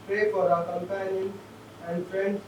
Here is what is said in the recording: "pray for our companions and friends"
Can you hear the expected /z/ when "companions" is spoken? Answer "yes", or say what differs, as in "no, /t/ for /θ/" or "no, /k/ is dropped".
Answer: no, /z/ is dropped